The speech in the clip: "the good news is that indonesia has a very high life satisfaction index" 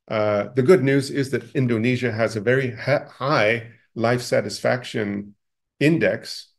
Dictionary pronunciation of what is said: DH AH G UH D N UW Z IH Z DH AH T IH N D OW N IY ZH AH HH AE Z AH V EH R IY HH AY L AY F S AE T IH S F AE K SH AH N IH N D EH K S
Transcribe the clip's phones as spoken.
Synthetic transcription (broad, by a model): DH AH G UH D N UW Z IH Z DH AH T IH N D OW N IY ZH AH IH Z AH V EH R IY HH AY L AY F S AE T IH S F AE K SH AH N IH N D EH K S